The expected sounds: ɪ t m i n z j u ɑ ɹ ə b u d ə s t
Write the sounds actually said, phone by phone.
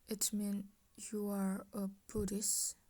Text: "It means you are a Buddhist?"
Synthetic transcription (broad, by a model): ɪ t m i n j u ɑ ɹ ə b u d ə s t